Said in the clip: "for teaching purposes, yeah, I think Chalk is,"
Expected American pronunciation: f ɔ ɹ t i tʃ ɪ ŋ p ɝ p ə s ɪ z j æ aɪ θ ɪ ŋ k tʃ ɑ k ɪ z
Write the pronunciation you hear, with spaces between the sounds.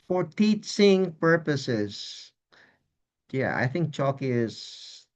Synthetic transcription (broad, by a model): f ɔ ɹ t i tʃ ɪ ŋ p ɝ p ə s ɪ z j æ aɪ θ ɪ ŋ k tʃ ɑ k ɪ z